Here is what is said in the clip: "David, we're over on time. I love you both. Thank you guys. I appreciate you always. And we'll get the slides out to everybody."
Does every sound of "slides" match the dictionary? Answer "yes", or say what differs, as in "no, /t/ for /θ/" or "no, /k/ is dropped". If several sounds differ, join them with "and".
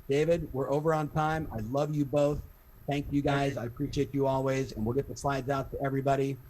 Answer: yes